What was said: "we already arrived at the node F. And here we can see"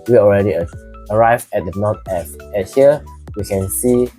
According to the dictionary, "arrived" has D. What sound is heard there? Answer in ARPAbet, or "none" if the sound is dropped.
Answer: none